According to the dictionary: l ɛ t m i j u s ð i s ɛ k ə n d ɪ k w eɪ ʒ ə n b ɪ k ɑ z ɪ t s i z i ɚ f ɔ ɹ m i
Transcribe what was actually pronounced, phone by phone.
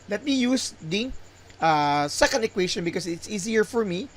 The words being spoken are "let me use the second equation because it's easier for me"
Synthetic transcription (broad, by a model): l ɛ t m i j u s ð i s ɛ k ə n d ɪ k w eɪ ʃ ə n b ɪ k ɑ s ɪ t s i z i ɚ f ɔ ɹ m i